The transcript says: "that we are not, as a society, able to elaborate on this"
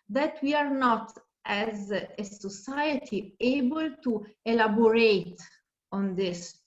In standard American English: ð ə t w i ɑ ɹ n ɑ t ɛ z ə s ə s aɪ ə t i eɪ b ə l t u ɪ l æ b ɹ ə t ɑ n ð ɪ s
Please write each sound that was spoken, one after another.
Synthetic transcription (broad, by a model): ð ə t w i ɑ ɹ n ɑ t ɛ z ə s ə s aɪ ə t i eɪ b ə l t u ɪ l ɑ b ɹ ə t ɑ n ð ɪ s